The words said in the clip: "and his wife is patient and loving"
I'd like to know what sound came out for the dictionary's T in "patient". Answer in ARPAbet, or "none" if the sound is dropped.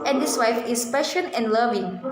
none